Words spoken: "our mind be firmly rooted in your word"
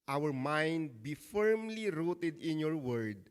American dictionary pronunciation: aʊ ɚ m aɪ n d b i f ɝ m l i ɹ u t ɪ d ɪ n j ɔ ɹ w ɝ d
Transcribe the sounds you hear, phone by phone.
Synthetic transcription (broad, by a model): aʊ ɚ m aɪ n d b i f ɝ m l i ɹ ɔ t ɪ d ɪ n j ɔ ɹ w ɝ d